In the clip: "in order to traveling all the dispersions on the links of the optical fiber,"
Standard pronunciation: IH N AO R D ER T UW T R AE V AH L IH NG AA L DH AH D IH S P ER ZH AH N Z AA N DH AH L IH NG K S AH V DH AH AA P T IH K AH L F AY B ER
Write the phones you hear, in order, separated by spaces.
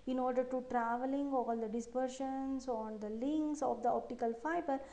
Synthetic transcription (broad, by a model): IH N AO R D ER T UW T R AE V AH L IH NG AA L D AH D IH S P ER SH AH N S AA N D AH L IH NG K S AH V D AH AA P T IH K AH L F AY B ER